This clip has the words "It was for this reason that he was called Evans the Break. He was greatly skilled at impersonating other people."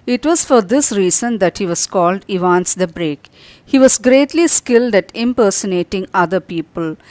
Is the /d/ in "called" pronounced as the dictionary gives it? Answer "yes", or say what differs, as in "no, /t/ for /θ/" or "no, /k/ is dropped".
yes